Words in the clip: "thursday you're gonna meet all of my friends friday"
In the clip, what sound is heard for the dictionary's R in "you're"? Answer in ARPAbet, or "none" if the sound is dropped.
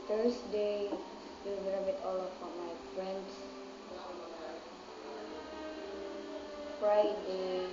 L